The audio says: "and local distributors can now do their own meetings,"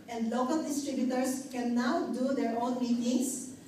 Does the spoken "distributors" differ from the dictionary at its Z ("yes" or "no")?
yes